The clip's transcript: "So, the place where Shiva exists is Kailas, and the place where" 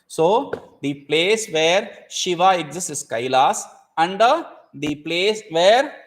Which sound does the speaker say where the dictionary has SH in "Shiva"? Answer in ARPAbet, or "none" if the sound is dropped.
SH